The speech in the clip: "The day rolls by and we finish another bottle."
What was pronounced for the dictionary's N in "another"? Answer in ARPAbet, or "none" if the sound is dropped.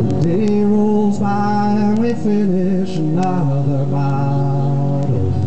none